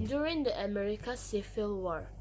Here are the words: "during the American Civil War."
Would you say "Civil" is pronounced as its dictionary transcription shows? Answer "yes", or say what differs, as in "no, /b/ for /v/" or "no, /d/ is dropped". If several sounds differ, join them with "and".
no, /f/ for /v/